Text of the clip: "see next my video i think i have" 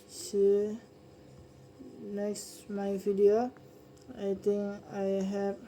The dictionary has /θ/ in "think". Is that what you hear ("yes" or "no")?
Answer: no